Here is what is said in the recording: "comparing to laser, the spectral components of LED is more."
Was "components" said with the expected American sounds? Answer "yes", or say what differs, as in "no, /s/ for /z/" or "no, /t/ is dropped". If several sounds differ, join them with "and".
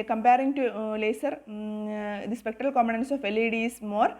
no, /p/ is dropped